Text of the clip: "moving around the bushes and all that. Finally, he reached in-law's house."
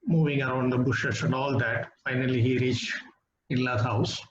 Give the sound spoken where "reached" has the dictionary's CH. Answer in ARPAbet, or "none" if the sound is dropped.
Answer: CH